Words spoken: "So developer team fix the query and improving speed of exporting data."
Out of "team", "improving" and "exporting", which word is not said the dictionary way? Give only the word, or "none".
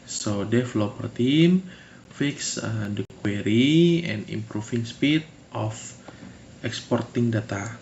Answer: improving